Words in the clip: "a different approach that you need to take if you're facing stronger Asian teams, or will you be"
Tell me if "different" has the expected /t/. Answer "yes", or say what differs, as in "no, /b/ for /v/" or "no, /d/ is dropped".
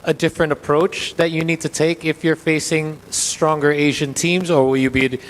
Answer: yes